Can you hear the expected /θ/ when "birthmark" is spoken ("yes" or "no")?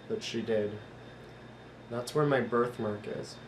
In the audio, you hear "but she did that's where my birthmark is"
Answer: yes